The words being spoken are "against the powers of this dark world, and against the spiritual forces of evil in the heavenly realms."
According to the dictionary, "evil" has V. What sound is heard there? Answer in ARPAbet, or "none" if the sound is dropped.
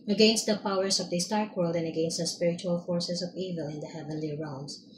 V